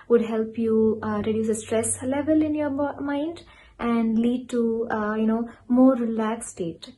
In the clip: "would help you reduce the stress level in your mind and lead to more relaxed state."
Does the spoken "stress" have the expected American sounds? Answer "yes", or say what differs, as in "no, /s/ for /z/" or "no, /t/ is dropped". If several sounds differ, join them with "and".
yes